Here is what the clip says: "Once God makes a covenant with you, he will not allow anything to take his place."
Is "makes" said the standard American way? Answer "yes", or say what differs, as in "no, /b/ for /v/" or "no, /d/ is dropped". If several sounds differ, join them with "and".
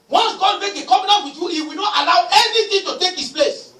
no, /s/ is dropped